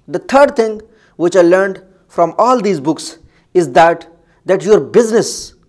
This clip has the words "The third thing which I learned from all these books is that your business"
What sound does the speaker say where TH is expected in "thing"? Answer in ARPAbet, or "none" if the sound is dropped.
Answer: T